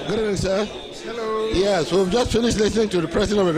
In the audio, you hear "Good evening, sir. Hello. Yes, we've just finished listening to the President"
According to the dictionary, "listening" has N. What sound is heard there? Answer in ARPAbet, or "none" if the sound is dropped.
N